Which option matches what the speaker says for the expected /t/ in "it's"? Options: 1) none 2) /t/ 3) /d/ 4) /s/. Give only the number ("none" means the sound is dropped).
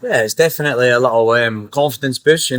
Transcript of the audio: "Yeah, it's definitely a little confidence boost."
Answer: 2